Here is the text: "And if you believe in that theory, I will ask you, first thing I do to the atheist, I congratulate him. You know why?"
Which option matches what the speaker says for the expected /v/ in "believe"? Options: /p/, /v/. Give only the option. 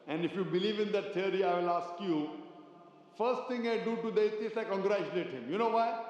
/v/